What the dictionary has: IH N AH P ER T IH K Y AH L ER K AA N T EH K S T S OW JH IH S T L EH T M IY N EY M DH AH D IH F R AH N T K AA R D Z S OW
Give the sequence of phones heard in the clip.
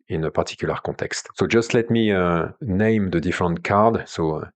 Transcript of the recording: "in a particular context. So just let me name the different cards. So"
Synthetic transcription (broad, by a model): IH N AH P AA T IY K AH L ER K AA T EH K S T S OW JH IH S T L EH T M IY N EY M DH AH D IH F R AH N T K AA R D S OW